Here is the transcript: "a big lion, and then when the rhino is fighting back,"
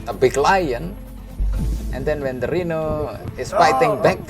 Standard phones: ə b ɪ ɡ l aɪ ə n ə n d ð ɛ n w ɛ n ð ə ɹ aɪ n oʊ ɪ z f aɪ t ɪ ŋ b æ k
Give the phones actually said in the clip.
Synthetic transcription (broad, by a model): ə b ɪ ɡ l aɪ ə n ə n d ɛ n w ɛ n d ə ɹ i n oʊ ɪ s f aɪ t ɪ ŋ b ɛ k